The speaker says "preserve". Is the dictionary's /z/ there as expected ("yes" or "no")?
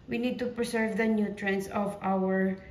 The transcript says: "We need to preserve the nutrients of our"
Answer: no